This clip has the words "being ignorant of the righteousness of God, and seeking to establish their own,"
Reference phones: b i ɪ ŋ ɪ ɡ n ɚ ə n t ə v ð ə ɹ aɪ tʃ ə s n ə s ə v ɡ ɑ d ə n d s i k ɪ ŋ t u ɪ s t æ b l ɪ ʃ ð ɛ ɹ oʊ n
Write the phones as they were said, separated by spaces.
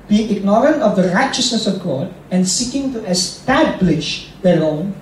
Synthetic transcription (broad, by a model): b i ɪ ŋ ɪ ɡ n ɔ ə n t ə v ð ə ɹ aɪ tʃ ə s n ə s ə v ɡ ɑ d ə n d s i k ɪ ŋ t u ɪ s t æ b l ɪ ʃ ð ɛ l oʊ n